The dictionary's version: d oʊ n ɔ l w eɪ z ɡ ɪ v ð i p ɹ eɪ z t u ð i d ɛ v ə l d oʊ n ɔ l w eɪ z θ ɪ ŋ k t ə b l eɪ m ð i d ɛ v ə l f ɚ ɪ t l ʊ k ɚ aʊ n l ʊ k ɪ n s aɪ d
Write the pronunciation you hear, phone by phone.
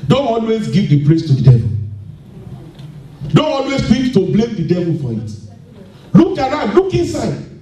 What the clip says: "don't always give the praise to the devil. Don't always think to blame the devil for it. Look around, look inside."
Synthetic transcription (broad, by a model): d oʊ n ɔ l w eɪ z ɡ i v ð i p l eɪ s t u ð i d ɛ v ə l d oʊ n ɔ l w eɪ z f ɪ k t ə b l eɪ m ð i d ɛ v ə l f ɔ ɪ t l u k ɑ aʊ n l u k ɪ n s aɪ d